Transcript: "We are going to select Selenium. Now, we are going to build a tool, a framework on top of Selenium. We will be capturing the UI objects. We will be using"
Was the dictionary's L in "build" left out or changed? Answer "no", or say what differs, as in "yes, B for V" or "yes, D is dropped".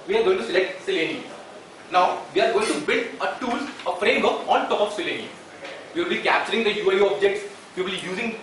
no